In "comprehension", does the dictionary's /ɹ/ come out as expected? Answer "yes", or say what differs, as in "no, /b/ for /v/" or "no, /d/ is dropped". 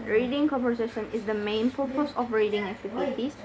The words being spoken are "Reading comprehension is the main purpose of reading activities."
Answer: no, /ɹ/ is dropped